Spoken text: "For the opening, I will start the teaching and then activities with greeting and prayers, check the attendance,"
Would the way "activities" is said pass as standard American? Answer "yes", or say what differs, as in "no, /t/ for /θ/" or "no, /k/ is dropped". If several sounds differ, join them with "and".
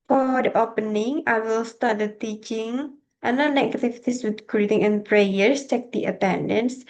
no, /k/ is dropped and /s/ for /z/